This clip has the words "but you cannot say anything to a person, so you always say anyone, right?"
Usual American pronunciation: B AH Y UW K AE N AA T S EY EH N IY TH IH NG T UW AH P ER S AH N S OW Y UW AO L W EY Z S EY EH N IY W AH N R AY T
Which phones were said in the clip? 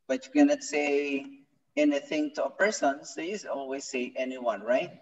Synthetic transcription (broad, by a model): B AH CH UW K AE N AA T S EY EH N IY TH IH NG T UW AH P ER S AH N S OW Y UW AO L W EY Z S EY EH N IY W AH N R AY T